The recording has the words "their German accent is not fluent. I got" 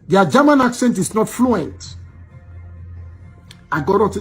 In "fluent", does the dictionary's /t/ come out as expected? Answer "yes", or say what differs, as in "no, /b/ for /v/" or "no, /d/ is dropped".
yes